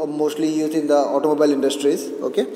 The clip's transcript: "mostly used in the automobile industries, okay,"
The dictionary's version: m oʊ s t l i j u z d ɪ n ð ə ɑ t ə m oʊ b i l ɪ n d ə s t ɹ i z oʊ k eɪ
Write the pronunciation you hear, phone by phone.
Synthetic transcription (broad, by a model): m oʊ s t l i j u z ɪ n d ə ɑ t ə m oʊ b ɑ l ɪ n d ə s t ɹ i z oʊ k eɪ